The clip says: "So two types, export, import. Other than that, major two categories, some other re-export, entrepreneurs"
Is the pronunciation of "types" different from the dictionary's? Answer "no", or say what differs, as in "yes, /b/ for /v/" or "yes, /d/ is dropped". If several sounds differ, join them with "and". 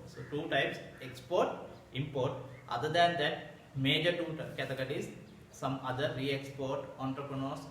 no